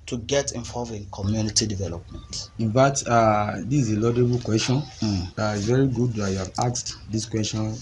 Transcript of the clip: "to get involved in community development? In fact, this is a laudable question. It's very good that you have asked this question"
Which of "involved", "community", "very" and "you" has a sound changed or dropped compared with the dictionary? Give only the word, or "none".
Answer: involved